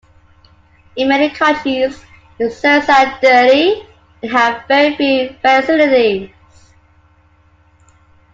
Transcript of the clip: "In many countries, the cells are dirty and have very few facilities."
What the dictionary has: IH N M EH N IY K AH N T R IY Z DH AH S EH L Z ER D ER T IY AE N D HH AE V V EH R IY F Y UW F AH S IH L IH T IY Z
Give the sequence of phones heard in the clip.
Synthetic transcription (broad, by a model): IH N M EH N IY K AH T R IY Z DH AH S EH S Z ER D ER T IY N HH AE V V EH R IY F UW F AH S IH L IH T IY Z